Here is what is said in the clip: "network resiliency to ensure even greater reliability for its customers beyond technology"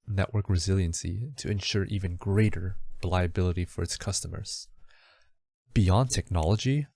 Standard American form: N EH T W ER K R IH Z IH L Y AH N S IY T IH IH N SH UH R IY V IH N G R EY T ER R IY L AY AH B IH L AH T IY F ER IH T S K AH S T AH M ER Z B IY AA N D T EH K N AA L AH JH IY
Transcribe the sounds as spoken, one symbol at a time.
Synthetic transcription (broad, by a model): N EH T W ER K R IH Z IH L Y AH N S IY T IH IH N SH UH R IY V IH N G R EY T ER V L AY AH B IH L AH T IY F ER IH T S K AH S T AH M ER Z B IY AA N T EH K N AA L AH JH IY